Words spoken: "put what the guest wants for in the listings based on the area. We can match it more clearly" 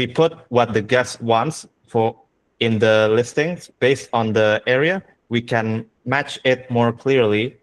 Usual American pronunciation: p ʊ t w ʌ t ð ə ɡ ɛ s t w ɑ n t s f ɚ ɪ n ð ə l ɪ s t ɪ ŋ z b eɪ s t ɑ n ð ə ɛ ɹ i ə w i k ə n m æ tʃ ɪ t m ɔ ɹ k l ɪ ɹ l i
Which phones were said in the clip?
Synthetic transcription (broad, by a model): p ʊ t w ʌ t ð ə ɡ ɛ s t w ɑ n t s f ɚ ɪ n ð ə l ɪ s t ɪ ŋ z b eɪ s t ɑ n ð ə ɛ ɹ i ə w i k ə n m æ tʃ ɪ t m ɔ ɹ k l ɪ ɹ l i